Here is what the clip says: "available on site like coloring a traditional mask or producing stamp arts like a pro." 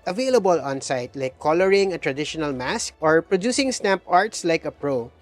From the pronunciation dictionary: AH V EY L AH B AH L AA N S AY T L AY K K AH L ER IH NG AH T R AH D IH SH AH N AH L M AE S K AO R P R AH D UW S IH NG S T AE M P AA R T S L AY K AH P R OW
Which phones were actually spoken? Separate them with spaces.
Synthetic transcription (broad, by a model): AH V EY L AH B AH L AA N S AY T L AY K K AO L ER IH NG AH T R AH D IH SH AH N AH L M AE S K AO R P R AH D UW S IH NG S T AE M P AA R T S L AY K AH P R OW